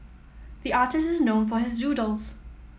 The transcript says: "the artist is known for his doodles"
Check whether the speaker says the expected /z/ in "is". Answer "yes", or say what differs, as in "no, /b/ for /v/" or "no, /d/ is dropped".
yes